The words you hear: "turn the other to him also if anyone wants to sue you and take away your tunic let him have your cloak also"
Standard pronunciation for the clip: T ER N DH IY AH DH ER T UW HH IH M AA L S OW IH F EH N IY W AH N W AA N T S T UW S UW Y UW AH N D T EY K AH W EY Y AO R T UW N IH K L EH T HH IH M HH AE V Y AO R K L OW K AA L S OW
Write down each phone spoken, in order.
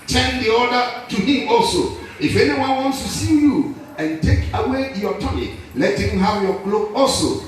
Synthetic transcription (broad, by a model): T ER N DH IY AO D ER T UW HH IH M AA L S OW IH F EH N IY W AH N W AA N T S T UW S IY Y UW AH N T EY K AH W EY Y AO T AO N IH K L EH T HH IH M HH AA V Y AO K L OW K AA L S OW